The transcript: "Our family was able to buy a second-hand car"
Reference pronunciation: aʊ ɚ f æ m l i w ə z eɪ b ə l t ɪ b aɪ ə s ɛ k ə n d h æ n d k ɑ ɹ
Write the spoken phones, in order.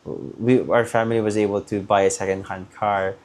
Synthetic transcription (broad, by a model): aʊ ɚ f æ m l i w ə z eɪ b ə l t ɪ b aɪ ə s ɛ k ə n d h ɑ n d k ɑ ɹ